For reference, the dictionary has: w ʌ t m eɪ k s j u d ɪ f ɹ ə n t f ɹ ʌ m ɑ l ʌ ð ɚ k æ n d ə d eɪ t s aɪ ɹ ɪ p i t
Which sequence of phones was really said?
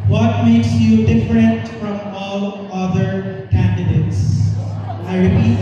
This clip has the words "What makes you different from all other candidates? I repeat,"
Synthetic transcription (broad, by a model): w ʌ t m eɪ k s j u d ɪ f ɹ ə n t f ɹ ʌ m ɑ l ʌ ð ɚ k æ n d ə d eɪ t s aɪ ɹ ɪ p i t